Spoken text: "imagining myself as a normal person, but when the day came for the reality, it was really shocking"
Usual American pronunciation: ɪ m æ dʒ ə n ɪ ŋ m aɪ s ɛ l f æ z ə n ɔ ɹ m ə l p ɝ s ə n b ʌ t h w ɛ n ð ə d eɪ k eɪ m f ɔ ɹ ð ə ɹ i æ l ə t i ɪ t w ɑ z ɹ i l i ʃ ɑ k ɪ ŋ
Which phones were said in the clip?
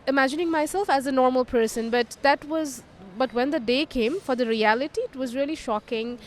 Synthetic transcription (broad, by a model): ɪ m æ dʒ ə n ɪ ŋ m aɪ s ɛ l f æ z ə n ɔ ɹ m ə l p ɝ s ə n b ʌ t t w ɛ n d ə d eɪ k eɪ m f ɔ ɹ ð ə ɹ i æ l ə t i ɪ t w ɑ z ɹ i l i ʃ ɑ k ɪ ŋ